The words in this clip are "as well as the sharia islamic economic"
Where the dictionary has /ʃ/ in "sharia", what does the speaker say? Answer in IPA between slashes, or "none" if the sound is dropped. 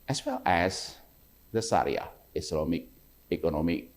/s/